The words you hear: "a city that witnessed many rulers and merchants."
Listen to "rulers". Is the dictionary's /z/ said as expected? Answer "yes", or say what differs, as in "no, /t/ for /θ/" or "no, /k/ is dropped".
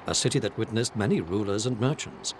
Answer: yes